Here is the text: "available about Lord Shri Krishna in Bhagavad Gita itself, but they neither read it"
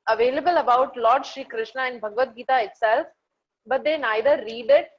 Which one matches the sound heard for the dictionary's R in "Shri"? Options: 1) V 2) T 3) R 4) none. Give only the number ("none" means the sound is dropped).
3